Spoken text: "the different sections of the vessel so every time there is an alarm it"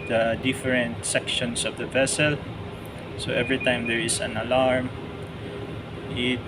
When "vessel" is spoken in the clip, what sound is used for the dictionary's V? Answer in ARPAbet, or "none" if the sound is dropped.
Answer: V